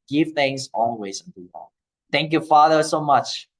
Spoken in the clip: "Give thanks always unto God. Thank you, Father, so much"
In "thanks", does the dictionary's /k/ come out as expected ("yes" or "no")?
no